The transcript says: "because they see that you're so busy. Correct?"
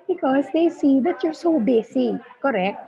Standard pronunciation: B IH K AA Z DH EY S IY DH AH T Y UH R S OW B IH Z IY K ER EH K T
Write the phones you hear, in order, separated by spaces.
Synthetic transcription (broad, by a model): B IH K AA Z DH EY S IY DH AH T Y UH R S OW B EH S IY K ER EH K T